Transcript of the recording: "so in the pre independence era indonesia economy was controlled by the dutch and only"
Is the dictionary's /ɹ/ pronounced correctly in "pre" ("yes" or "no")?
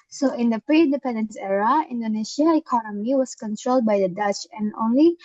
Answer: yes